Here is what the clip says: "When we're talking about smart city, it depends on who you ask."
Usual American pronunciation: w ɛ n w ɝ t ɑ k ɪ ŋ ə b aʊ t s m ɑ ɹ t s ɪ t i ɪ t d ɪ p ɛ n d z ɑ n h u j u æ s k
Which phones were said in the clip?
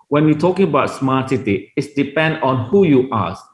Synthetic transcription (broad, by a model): w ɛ n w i t ɑ k ɪ ŋ ə b aʊ t s m ɑ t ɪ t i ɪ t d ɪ p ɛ n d ɑ n h u j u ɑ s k